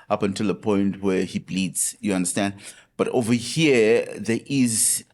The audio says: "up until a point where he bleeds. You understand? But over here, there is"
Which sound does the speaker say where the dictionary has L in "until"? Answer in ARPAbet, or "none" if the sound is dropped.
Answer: L